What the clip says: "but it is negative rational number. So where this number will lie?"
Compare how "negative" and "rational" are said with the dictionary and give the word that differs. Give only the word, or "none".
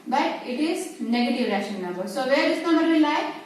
rational